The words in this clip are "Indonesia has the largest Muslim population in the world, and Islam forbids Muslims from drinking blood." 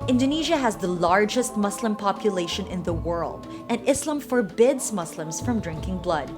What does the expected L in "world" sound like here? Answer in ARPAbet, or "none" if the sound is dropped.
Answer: L